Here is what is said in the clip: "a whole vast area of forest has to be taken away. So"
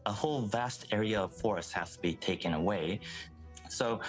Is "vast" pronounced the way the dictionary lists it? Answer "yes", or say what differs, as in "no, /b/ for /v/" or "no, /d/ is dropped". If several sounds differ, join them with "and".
yes